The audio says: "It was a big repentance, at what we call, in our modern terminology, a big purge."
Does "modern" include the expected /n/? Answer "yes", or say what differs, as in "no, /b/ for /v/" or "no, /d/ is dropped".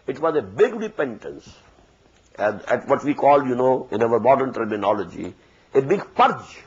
yes